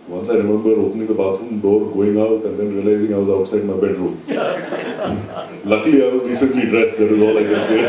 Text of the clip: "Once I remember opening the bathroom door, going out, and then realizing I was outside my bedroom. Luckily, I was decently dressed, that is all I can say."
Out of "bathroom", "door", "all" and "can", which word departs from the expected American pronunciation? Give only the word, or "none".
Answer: bathroom